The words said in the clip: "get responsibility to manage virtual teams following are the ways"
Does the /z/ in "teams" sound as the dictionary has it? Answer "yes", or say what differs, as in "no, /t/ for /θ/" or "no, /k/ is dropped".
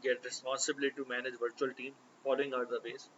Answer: no, /z/ is dropped